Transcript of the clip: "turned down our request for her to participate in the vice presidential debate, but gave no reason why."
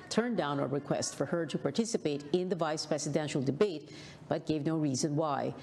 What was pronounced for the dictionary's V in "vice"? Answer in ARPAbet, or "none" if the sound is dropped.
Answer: V